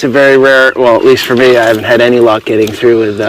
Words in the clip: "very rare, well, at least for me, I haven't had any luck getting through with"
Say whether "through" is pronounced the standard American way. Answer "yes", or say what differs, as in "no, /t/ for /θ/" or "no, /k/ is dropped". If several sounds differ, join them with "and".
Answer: yes